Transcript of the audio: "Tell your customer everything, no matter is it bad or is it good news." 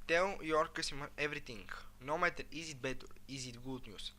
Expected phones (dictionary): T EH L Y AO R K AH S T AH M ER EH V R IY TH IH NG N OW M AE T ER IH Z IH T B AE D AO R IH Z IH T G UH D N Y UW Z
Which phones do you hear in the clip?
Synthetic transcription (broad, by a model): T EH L Y AO R K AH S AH M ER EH V R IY T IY NG N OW M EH T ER IH Z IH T B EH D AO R IH Z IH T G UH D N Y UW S